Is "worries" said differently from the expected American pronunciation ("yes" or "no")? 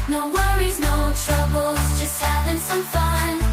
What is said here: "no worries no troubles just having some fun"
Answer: no